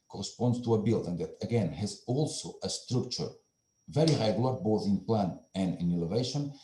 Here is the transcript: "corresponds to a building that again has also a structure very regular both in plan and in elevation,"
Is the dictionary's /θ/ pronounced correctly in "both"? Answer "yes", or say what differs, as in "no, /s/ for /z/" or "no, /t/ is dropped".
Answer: yes